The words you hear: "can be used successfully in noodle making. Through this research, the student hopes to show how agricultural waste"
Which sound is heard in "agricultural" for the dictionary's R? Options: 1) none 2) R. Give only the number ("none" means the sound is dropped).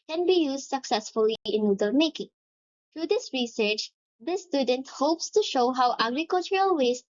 2